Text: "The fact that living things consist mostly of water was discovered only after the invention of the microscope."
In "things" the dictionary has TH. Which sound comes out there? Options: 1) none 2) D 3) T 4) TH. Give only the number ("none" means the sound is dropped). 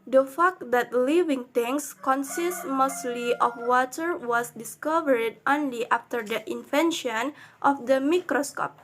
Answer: 3